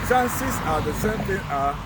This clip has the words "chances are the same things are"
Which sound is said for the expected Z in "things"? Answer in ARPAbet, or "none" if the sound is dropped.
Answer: none